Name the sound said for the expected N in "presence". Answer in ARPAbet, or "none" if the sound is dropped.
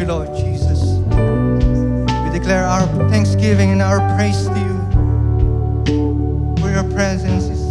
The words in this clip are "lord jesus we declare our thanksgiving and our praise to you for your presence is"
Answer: N